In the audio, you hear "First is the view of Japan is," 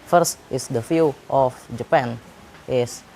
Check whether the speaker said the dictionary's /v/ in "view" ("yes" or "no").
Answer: no